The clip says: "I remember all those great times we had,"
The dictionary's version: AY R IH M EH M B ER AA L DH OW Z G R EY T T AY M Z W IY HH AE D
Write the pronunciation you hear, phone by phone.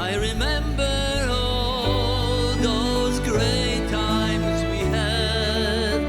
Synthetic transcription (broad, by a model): AY R IH M EH M B ER AA L DH OW Z G R EY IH T AY M Z W IY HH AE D